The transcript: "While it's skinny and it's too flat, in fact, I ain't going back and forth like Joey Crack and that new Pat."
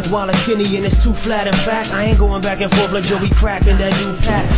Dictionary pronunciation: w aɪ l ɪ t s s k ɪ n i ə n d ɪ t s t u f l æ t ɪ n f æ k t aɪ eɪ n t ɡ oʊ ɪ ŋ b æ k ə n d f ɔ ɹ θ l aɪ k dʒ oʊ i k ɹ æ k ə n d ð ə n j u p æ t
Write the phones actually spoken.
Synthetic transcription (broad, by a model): w aɪ l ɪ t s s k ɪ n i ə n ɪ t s t u f l æ t ɪ n f æ k t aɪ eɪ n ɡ oʊ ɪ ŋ b æ k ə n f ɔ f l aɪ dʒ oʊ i k ɹ æ k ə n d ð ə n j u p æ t